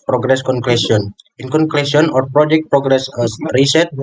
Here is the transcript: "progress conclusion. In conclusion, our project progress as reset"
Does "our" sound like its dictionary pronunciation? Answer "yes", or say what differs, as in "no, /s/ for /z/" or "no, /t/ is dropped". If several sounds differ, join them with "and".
yes